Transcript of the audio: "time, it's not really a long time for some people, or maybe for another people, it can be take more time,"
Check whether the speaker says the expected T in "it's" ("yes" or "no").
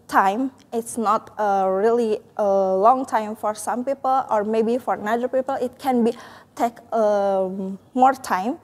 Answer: yes